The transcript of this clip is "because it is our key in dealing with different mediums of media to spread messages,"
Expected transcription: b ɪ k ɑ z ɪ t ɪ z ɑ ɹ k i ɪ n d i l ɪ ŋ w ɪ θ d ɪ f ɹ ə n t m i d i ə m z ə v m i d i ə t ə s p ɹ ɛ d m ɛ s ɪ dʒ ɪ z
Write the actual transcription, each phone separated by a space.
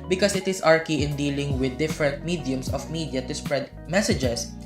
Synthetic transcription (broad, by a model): b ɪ k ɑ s ɪ t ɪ s ɑ ɹ k i ɪ n d i l ɪ ŋ w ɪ d ɪ f ɹ ə n t m i d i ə m s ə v m i d i ə t ə s p ɹ ɛ d m ɛ s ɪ dʒ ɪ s